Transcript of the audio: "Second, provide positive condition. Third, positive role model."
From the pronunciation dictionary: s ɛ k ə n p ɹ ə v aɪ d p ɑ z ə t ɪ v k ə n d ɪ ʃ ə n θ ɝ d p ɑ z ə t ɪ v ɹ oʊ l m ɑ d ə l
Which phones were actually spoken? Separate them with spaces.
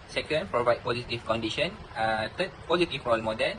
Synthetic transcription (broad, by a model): s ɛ k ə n p ɹ ə v aɪ d p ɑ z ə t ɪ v k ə n d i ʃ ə n t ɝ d p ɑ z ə t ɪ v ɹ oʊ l m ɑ d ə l